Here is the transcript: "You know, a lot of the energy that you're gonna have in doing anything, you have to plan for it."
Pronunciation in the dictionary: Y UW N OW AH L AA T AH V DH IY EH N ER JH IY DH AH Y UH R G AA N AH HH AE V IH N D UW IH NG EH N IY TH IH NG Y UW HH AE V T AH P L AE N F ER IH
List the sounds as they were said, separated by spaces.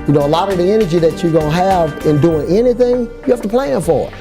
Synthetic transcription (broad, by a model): Y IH N OW AH L AA T AH V DH IY EH N ER JH IY DH AH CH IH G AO AH HH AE V IH N D UW IH NG EH N IY TH IH NG Y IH HH AE F T AH P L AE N F ER